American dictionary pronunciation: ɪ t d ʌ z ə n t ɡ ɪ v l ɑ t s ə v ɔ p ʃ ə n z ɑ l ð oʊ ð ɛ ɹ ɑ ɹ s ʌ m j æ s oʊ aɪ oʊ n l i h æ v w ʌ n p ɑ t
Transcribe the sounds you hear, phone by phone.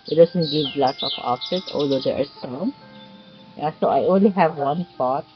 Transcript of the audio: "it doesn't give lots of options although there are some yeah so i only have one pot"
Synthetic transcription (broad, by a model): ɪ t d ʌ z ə n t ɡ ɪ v l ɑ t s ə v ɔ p s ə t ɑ l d oʊ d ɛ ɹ ɑ ɹ s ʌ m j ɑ s oʊ aɪ oʊ n l i h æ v w ʌ n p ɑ t